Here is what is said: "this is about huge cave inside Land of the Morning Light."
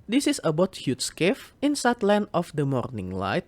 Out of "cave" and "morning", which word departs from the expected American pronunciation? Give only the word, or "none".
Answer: cave